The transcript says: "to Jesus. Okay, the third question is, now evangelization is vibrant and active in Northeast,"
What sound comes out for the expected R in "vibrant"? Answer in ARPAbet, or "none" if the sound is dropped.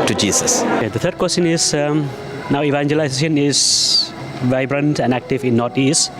R